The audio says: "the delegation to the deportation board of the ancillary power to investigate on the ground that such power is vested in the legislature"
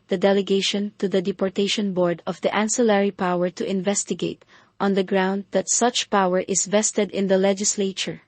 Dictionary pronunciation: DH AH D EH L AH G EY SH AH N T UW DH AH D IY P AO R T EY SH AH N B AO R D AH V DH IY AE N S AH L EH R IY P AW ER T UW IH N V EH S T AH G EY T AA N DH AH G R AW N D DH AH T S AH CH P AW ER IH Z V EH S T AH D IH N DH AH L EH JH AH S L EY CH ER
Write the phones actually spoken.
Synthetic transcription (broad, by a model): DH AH D EH L AH G EY SH AH N T UW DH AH D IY P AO R T EY SH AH N B AO R D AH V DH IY AE N S AH L EH R IY P AW ER T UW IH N V EH S T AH G EY T AA N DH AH G R AW N D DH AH T S AH CH P AW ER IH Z V EH S T AH D IH N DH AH L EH JH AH S L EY CH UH